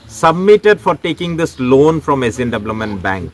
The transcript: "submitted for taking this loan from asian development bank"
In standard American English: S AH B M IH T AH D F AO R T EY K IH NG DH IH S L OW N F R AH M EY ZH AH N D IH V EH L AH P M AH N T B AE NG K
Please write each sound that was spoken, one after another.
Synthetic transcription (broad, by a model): S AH B M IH T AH D F AO R T EY K IH NG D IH S L OW N F R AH M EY Z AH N D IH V L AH M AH N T B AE NG K